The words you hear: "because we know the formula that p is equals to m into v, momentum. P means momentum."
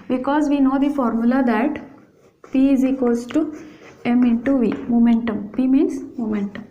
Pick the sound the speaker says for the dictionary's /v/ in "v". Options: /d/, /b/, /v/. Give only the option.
/v/